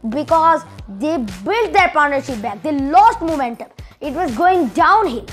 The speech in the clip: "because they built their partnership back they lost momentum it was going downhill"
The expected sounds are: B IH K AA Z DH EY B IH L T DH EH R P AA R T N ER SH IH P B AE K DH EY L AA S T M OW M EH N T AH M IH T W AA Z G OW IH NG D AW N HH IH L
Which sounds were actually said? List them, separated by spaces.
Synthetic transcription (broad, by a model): B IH K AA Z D EY B IH L T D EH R P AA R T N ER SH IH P B AE K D EY L AA S T M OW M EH N T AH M IH T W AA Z G OW IH NG D AW N HH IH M